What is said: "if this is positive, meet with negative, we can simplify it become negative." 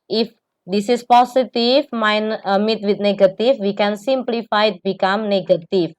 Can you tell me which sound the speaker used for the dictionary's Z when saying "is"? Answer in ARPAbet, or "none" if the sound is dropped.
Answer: S